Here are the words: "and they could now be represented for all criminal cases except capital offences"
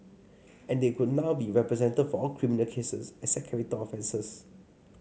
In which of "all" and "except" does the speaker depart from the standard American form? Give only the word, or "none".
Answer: except